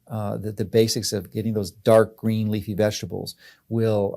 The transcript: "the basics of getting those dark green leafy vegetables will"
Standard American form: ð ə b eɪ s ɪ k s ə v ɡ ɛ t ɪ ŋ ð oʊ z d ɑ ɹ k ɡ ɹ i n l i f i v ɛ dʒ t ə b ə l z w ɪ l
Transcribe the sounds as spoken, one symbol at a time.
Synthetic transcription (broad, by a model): ð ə b eɪ s ɪ k s ə v ɡ ɛ t ɪ ŋ ð oʊ z d ɑ ɹ k ɡ ɹ i n l i f i v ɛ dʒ t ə b l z w ɪ l